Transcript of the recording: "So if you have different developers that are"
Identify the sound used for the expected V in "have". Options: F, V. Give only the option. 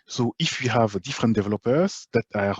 V